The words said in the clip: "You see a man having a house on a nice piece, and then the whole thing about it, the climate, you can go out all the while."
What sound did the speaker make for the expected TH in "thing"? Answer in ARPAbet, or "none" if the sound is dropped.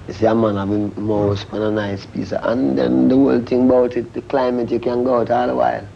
T